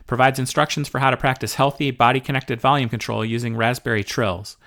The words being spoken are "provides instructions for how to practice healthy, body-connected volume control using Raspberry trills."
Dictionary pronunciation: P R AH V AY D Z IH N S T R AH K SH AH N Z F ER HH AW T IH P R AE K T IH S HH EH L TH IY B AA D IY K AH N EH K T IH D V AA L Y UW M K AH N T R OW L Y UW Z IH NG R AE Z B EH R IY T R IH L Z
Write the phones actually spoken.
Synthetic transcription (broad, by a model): P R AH V AY D Z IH N S T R AH K SH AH N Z F ER HH AW T IH P R AE K T IH S HH EH L TH IY B AA D IY K AH N EH K T IH D V AA L Y UW M K AH N T R OW L Y UW Z IH NG R AE Z B EH R IY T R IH L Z